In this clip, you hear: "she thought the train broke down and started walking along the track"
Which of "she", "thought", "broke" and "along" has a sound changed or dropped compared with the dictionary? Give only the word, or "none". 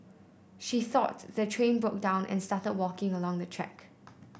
none